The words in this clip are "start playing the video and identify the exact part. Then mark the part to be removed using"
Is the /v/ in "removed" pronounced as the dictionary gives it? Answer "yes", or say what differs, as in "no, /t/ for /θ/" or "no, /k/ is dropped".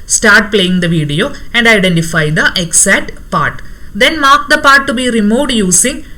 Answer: no, /v/ is dropped